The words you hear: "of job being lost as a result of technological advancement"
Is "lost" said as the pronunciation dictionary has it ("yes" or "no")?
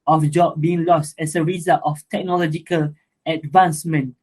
yes